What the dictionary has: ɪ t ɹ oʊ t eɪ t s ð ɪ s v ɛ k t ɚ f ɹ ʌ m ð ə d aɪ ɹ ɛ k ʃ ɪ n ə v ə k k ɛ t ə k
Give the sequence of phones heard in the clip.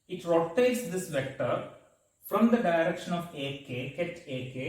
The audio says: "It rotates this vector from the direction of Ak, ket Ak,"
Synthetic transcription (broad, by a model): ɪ t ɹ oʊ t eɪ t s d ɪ s v ɛ k t ɚ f ɹ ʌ m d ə d aɪ ɹ ɛ k ʃ ɪ n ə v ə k k ɛ t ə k